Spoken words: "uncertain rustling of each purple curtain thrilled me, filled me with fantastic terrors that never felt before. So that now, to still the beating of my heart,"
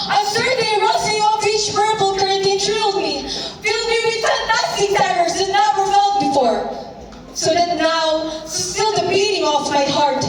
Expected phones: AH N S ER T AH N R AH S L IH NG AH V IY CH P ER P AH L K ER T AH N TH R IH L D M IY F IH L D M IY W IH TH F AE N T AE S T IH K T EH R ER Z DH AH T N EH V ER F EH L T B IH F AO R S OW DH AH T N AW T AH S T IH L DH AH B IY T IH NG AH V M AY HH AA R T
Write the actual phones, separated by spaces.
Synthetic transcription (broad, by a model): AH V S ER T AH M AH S IH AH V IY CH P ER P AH L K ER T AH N T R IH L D M IY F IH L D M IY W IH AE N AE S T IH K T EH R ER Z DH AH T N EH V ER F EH L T B IH F AO R S OW DH AH T N AW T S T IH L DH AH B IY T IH NG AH F M AY HH AA R T